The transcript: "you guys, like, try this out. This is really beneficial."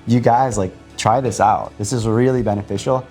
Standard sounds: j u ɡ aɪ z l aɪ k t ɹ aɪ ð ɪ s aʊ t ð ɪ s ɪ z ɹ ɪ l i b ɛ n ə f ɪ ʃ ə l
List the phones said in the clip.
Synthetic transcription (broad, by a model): j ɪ ɡ aɪ z l aɪ k t ɹ aɪ ð ɪ s aʊ t ð ɪ s ɪ z ɹ ɪ l i b ɛ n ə f ɪ ʃ l